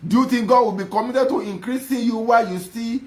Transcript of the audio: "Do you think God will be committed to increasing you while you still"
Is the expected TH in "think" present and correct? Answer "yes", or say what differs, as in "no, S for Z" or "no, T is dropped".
no, T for TH